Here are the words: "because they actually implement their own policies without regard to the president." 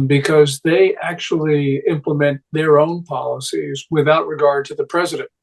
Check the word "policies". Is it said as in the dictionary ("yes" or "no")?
yes